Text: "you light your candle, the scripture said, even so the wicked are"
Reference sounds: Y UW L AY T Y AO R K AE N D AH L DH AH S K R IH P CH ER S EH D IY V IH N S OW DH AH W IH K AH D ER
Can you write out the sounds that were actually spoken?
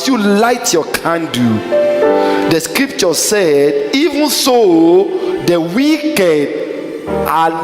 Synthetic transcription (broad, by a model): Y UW L AY T Y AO K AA N D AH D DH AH S K R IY P CH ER S EH D IY V IH N S OW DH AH W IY K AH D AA